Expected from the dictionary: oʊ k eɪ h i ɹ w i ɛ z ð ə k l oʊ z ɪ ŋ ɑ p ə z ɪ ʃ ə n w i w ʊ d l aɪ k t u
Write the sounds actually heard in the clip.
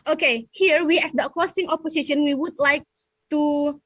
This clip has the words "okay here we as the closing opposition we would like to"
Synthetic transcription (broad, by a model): oʊ k eɪ h i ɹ w i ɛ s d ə k oʊ s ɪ ŋ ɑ p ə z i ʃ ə n w i w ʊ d l aɪ k t u